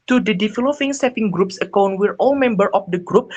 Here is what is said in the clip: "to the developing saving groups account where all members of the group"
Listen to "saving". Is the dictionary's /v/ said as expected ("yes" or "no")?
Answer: no